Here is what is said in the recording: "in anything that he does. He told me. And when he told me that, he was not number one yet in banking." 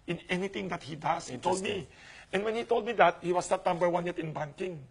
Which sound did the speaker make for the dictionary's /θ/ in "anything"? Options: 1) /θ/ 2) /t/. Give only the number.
2